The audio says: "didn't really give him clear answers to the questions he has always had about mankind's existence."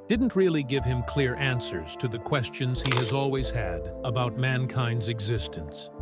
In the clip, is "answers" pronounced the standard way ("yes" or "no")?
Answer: yes